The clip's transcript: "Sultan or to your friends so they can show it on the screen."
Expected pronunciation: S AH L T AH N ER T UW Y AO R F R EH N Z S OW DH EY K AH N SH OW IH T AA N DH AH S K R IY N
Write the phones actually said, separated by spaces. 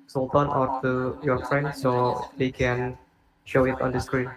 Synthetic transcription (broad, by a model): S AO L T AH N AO T UW Y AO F R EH N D S OW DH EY K AH N SH OW IH T AA N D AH S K R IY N